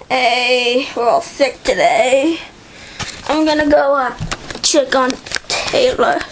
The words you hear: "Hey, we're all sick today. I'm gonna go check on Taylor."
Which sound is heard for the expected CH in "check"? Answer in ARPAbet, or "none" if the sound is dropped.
CH